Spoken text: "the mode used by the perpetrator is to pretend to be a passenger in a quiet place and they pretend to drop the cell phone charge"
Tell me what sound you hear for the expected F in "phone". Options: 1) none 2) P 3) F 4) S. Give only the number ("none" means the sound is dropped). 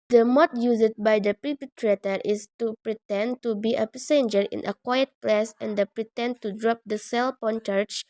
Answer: 2